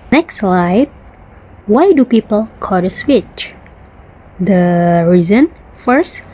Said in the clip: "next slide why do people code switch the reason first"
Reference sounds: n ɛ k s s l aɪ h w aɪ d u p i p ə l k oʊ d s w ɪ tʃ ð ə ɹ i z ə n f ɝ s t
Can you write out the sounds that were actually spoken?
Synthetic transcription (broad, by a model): n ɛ k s s l aɪ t w aɪ d u p i p ə l k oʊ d s w ɪ tʃ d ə ɹ i z ə n f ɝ s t